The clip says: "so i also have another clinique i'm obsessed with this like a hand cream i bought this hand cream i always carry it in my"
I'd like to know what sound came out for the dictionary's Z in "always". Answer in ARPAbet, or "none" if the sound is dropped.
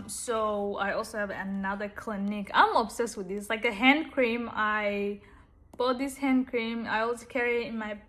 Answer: none